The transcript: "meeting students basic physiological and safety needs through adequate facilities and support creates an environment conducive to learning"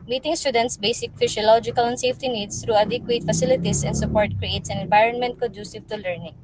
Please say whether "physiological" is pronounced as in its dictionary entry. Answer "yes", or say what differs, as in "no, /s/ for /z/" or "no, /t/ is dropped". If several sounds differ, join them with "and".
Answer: no, /s/ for /z/